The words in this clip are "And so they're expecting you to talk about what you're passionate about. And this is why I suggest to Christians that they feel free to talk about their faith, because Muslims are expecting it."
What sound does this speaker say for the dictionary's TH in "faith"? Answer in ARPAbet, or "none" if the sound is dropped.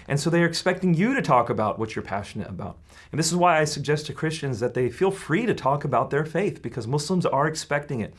TH